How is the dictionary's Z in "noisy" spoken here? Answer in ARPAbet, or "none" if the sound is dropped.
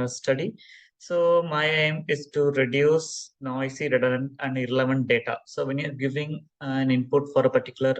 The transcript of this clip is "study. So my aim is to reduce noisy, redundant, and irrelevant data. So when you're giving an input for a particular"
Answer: S